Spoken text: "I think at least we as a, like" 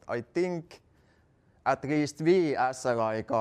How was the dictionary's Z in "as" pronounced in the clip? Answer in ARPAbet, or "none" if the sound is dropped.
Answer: S